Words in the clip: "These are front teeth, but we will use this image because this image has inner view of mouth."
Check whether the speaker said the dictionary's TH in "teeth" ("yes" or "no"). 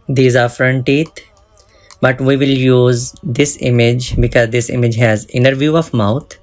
no